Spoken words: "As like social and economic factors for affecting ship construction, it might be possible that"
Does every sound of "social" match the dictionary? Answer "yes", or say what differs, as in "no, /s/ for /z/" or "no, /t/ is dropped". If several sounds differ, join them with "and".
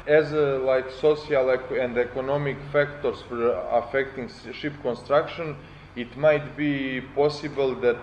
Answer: no, /s/ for /ʃ/